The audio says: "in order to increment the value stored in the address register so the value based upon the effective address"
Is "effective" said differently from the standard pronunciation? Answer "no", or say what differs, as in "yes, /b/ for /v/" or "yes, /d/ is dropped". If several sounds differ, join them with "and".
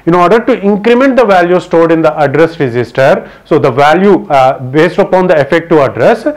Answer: yes, /v/ is dropped